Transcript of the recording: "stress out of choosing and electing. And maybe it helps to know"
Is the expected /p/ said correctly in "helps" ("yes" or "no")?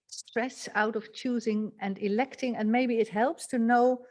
yes